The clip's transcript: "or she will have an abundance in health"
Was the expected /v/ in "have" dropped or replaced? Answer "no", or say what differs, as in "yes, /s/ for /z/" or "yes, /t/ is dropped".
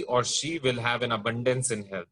no